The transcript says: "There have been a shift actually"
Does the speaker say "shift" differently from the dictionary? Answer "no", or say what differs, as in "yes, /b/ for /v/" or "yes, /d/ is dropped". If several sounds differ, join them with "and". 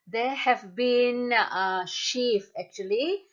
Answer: yes, /t/ is dropped